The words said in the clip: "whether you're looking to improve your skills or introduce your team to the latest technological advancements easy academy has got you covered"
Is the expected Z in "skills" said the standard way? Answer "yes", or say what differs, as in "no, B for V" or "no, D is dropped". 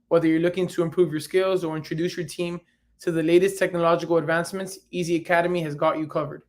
yes